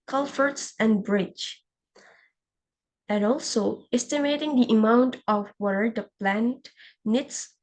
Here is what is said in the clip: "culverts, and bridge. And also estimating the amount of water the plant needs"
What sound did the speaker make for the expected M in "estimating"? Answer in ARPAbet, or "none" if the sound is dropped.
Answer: M